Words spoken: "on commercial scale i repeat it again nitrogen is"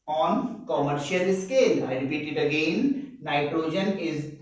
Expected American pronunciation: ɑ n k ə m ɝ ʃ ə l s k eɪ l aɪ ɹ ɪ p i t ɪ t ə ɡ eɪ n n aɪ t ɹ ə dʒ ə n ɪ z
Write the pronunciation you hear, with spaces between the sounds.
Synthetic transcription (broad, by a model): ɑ n k ə m ɝ ʃ ə l s k eɪ l aɪ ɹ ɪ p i t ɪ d ə ɡ eɪ n n aɪ t ɹ ə dʒ ə n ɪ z